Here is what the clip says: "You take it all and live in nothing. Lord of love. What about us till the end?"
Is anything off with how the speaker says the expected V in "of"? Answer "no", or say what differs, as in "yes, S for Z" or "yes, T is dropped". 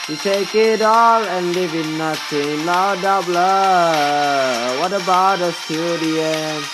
yes, B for V